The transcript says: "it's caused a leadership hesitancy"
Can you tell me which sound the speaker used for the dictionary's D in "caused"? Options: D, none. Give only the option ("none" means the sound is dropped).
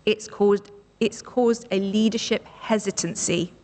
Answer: D